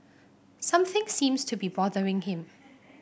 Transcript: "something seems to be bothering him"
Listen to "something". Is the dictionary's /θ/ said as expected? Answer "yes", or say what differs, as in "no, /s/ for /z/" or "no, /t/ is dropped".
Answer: yes